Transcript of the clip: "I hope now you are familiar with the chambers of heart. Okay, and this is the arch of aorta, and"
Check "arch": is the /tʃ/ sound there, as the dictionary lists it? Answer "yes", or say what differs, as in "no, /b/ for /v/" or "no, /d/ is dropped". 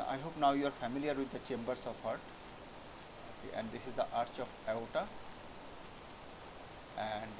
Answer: yes